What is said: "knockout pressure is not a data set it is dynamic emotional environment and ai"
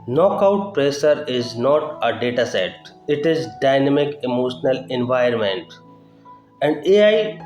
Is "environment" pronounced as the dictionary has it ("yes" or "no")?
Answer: no